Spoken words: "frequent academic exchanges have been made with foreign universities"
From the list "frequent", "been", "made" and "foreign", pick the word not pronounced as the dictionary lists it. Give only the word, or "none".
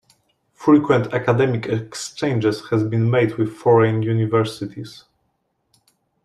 none